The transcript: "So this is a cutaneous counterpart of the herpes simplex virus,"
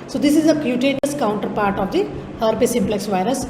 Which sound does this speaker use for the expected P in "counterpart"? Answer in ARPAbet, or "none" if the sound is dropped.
P